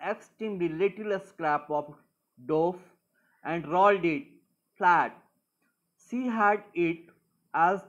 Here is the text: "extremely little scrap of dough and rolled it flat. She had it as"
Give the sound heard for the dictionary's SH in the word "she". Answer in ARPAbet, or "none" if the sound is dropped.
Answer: S